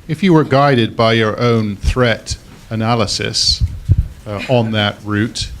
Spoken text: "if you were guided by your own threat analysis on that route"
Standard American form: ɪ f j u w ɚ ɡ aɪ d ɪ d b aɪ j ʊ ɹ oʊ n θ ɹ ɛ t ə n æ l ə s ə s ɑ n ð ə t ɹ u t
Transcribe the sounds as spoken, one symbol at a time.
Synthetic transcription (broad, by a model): ɪ f j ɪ w ɚ ɡ aɪ d ɪ d b aɪ j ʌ ɹ oʊ n θ ɹ ɛ t ə n æ l ə s ə s n ð ə t ɹ u t